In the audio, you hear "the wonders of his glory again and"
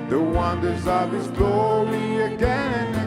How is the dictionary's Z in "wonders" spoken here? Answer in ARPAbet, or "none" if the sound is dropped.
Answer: Z